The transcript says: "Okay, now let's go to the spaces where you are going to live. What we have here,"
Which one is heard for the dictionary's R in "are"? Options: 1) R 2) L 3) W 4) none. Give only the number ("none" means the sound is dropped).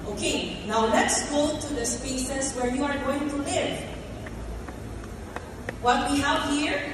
1